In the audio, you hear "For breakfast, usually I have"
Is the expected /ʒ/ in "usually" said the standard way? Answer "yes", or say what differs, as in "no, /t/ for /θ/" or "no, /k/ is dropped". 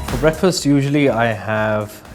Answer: yes